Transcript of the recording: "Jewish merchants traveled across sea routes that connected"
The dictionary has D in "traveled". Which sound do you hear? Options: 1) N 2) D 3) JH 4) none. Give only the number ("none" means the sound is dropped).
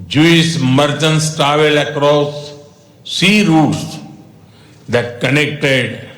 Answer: 4